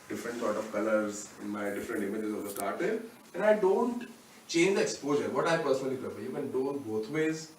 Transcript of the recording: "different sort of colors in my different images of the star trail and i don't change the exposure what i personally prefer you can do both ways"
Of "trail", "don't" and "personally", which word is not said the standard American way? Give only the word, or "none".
trail